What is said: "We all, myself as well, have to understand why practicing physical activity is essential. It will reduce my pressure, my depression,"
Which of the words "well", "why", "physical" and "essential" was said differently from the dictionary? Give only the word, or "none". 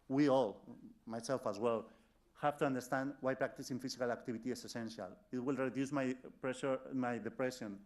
physical